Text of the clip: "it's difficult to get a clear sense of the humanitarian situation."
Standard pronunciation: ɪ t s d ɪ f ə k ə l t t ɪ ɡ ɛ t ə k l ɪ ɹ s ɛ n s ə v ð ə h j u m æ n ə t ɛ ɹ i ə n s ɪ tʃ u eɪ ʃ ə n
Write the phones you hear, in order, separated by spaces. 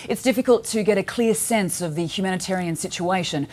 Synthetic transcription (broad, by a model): ɪ t s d ɪ f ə k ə l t t ɪ ɡ ɛ t ə k l ɪ ɹ s ɛ n s ə v ð ə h j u m æ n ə t ɛ ɹ i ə n s ɪ tʃ u eɪ ʃ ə n